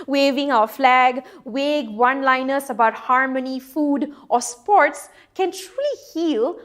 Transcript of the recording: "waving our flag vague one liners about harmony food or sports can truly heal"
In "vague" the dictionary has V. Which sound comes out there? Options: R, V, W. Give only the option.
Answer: W